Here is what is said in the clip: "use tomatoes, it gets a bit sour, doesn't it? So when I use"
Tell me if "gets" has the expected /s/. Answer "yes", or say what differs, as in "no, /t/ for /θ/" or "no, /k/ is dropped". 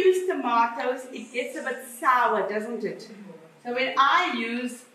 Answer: yes